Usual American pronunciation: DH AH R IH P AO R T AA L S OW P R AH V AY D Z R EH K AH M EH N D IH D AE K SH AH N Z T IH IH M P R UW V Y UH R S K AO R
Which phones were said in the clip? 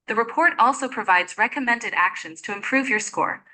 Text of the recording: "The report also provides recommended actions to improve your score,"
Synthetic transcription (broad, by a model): DH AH R IH P AO R T AA L S OW P R AH V AY D Z R EH K AH M EH N D IH D AE K SH AH N Z T IH IH M P R UW V Y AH R S K AO R